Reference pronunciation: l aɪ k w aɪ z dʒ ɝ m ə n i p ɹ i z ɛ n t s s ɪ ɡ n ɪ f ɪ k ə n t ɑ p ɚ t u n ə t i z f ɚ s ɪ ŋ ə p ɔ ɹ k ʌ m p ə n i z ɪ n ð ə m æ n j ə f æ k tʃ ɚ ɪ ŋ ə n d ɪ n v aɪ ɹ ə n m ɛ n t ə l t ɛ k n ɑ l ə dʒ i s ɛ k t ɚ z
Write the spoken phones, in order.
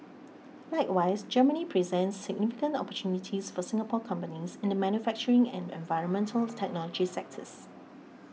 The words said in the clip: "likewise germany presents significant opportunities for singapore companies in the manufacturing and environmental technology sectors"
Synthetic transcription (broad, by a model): l aɪ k w aɪ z dʒ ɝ m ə n i p ɹ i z ɛ n t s s ɪ ɡ n ɪ f ɪ k ə n t ɑ p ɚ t u n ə t i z f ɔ s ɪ ŋ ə p ɔ k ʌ m p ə n i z ɪ n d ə m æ n j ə f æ k tʃ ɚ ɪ ŋ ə n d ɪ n v aɪ ɹ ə n m ɛ n t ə l t ɛ k n ɑ l ə dʒ i s ɛ k t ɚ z